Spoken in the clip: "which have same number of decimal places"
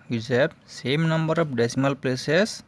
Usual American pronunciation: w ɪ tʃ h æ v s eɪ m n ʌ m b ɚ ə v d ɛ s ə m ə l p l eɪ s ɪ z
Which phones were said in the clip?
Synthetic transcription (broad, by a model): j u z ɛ b s eɪ m n ʌ m b ɚ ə p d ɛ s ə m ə l p l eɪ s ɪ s